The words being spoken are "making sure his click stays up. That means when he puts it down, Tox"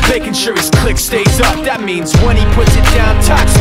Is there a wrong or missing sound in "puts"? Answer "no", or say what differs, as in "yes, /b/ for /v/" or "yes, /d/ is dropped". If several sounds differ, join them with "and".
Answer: no